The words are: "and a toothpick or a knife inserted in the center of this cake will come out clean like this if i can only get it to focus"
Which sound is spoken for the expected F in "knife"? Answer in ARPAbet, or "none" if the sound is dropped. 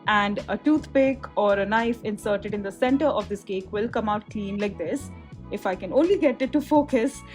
F